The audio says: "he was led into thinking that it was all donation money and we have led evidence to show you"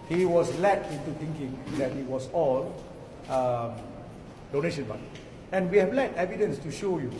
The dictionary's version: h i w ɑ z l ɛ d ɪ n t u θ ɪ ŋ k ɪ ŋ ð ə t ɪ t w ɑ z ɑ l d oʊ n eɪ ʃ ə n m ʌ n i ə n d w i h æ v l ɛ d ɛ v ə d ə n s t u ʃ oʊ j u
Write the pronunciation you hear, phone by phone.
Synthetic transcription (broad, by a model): h i w ɑ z l ɛ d ɪ n t u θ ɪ ŋ k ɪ ŋ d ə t ɪ t w ɑ s ɑ l d oʊ n eɪ ʃ ə n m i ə n w i h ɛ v l ɛ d ɛ v ə d ə n s t u ʃ oʊ j u